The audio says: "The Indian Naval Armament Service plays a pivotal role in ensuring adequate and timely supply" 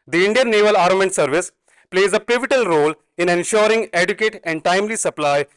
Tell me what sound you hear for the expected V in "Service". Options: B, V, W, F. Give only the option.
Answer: V